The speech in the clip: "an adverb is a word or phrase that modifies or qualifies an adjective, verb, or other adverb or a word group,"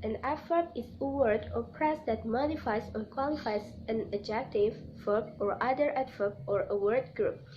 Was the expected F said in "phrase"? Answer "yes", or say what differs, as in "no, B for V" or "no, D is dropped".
no, P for F